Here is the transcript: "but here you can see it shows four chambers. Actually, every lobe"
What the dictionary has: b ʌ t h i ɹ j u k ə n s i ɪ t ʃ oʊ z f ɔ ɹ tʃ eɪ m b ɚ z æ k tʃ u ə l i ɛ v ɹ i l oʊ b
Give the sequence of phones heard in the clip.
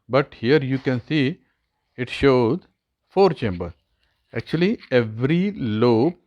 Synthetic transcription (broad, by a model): b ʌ t h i ɹ j u k ə n s i ɪ t ʃ oʊ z f ɔ ɹ tʃ eɪ m b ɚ æ k tʃ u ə l i ɛ v ɹ i l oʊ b